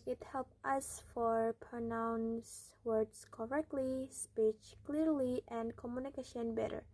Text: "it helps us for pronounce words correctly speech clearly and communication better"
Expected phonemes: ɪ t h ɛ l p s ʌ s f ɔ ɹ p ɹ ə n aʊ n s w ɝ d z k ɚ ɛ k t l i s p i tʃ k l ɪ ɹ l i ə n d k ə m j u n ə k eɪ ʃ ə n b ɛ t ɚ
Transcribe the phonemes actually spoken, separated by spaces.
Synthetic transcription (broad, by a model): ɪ t h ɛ l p ʌ s f ɔ ɹ p ɹ ə n aʊ n s w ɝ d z k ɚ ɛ k t l i s p i tʃ k l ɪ ɹ l i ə n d k ə m j u n ə k eɪ ʃ ə n b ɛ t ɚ